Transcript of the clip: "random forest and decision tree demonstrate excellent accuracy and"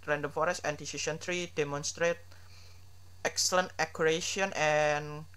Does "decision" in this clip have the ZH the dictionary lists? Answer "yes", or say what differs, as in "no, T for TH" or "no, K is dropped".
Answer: no, S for ZH